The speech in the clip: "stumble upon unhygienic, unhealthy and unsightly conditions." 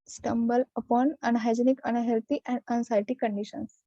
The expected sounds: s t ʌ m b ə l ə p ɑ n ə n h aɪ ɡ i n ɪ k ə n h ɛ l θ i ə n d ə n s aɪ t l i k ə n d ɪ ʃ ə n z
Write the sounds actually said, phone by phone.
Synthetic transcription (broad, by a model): s t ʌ m b ə l ə p ɑ n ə n h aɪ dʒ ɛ n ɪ k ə n h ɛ l t i ə n d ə n s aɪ t i k ə n d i ʃ ə n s